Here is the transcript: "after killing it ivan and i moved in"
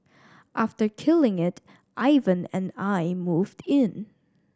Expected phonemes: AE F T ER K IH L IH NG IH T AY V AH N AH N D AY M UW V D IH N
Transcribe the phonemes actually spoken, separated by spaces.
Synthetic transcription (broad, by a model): AE F T ER K IH L IH NG IH T AY V AH N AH N AY M UW V D IH N